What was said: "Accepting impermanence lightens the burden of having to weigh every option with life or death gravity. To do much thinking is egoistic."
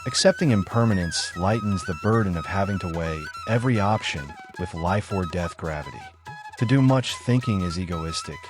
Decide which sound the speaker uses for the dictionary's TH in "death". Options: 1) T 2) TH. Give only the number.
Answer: 2